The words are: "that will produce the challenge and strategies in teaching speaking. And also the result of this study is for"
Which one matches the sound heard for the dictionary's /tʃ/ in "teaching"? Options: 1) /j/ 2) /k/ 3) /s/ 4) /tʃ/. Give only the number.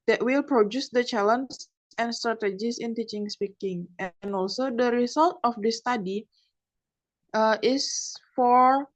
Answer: 4